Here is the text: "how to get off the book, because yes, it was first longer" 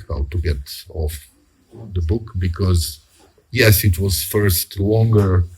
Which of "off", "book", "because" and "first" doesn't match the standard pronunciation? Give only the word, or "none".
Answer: none